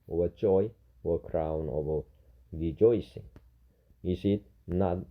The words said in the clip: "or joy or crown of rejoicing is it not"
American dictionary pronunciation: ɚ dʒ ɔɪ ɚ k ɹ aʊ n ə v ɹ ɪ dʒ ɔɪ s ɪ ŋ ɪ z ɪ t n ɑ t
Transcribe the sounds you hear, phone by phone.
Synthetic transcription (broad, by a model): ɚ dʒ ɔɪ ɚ k ɹ aʊ n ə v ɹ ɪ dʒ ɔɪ s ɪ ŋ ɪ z ɪ t n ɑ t